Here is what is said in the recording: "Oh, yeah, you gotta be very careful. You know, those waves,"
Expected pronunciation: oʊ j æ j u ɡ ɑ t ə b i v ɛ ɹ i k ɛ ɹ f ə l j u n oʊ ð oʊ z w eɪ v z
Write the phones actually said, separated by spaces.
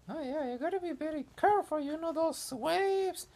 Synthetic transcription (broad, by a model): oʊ j æ j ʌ ɡ ɑ t ə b i b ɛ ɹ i k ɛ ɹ f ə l j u n oʊ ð oʊ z w eɪ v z